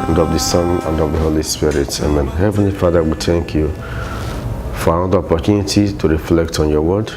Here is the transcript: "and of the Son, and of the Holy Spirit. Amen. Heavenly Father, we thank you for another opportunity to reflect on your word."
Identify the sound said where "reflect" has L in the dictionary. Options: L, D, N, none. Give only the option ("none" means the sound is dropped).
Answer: L